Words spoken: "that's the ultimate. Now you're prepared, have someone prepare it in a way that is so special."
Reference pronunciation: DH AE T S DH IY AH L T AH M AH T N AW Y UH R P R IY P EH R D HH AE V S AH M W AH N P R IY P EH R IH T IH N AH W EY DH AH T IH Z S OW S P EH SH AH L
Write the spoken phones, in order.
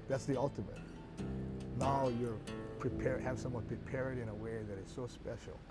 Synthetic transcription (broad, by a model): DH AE T S DH IY AH L T AH M AH T N AW Y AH R P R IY P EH R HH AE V S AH M W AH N P R IY P EH R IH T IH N AH W EY DH AH T IH Z S OW S P EH SH L